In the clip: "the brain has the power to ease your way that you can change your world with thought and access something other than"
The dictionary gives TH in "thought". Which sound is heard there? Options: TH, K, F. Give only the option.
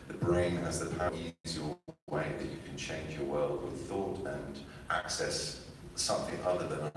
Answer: TH